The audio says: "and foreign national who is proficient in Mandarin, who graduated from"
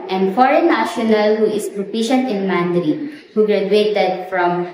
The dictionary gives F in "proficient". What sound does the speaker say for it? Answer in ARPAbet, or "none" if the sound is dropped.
P